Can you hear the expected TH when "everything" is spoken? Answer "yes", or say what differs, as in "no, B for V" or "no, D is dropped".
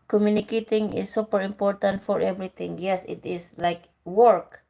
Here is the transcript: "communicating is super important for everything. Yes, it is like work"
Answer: no, T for TH